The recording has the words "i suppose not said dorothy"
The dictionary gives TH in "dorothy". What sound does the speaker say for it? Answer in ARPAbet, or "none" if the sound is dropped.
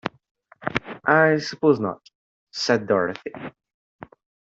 TH